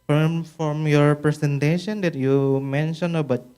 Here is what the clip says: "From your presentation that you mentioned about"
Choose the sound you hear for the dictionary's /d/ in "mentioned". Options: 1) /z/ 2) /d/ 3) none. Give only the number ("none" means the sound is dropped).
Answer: 3